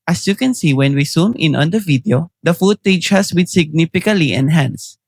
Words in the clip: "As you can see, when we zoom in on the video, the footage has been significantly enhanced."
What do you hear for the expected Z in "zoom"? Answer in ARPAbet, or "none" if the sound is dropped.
S